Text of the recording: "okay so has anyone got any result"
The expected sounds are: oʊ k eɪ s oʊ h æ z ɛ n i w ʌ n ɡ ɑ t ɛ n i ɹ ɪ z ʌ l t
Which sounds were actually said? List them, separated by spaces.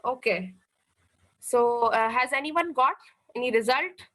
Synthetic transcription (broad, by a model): oʊ k eɪ s oʊ h æ z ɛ n i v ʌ n ɡ ɑ t ɛ n i ɹ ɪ z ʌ l t